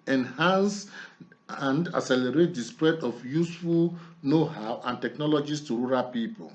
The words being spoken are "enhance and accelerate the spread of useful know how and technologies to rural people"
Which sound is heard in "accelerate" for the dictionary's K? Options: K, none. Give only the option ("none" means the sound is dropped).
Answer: none